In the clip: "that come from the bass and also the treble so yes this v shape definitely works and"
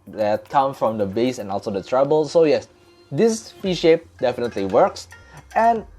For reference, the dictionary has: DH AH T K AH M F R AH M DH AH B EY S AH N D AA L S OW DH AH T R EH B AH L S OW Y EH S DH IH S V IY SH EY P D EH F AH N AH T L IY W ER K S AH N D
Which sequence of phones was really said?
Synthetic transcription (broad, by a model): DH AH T K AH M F R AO M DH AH B EY S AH N AA L S OW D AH T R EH B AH L S OW Y EH S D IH S F IY SH EY P D EH F AH N AH T L IY W ER K S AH N